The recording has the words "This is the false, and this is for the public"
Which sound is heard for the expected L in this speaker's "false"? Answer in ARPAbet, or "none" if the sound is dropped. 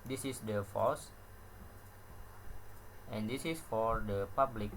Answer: none